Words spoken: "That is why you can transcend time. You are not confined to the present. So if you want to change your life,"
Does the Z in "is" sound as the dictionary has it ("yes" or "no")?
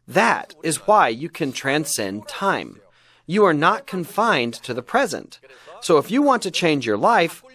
yes